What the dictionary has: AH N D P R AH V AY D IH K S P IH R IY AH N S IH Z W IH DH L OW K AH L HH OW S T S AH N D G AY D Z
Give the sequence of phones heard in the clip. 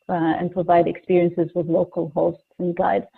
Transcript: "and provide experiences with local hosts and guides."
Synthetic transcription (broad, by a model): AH N P R AH V AY D IH K S P IH R IY AH N S IH Z W IH DH L OW K AH L HH OW S T S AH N G AY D